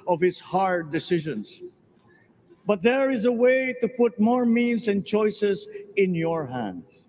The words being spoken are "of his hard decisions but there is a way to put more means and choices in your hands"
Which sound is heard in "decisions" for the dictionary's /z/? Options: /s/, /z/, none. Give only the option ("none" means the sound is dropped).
/s/